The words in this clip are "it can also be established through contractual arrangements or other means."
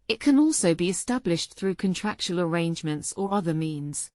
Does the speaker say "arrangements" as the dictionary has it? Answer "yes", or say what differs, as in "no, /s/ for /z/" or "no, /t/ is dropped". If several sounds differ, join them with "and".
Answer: yes